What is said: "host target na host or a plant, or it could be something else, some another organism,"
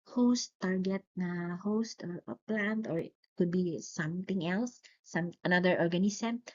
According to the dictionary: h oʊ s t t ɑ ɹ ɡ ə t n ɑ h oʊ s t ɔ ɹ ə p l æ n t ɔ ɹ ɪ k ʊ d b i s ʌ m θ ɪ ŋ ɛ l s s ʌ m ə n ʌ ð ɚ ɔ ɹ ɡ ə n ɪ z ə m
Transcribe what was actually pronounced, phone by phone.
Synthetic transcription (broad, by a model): h oʊ s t t ɑ ɹ ɡ ə t n ɑ h oʊ s t ɔ ɹ p l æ n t ɔ ɹ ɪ k ʊ d b i s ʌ m t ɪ ŋ ɛ l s s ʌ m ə n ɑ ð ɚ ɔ ɹ ɡ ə n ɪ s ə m